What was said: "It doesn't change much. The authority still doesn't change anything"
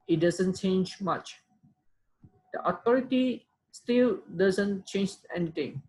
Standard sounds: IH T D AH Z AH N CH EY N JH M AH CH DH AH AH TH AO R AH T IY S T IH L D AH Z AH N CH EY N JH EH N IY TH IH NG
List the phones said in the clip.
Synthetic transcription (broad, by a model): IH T D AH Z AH N CH EY N JH M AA CH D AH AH T AO R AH T IY S T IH L D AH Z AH N CH EY N JH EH N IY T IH NG